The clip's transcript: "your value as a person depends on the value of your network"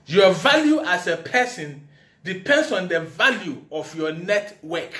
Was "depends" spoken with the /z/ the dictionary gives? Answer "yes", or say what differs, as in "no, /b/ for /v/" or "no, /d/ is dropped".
no, /s/ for /z/